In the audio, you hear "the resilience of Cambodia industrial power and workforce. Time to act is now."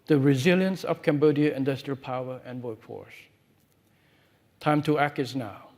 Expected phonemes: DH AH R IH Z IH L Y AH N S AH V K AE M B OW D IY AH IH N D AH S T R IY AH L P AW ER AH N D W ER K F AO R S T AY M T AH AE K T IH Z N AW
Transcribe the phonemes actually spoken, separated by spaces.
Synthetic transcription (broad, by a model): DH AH R IH Z IH L Y AH N S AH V K AE M B OW D IY AH IH N D AH S T R IY AH L P AW ER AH N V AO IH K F AO R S T AY M T AH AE K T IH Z N AW